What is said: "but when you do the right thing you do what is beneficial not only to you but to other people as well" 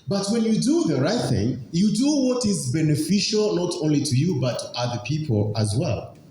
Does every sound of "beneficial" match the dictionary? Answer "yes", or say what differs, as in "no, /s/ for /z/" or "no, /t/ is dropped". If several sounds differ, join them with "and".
yes